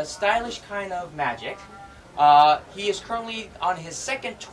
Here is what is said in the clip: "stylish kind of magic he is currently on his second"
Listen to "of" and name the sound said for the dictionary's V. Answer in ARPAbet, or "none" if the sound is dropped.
V